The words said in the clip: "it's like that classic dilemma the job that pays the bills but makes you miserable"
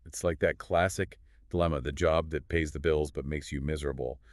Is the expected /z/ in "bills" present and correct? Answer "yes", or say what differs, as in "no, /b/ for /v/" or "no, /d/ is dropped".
yes